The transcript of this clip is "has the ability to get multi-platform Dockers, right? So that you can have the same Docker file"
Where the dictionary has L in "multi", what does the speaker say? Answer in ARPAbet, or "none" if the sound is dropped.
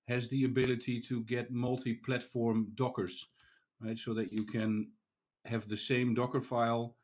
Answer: L